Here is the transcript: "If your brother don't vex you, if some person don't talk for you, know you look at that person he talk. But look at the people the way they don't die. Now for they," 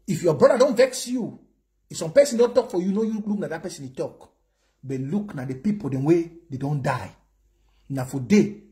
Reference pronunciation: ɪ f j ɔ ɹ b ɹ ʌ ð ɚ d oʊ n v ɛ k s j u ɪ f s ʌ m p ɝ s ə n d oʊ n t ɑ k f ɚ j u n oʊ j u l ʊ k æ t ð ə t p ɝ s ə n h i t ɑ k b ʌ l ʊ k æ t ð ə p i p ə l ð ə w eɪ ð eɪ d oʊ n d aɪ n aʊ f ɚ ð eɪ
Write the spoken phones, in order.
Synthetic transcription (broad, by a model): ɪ f j ɔ b ɹ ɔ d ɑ d oʊ n v ɛ k s j u ɪ f s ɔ m p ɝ s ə n d oʊ n t ɑ k f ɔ j u n oʊ j u l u k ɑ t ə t p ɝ s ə n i t ɑ k b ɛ l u k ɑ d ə p i p ə l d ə w eɪ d eɪ d oʊ n d aɪ n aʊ f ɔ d eɪ